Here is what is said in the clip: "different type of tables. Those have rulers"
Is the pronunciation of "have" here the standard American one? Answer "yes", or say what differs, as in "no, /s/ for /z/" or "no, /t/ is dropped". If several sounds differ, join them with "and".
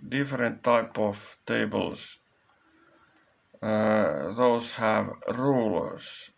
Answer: yes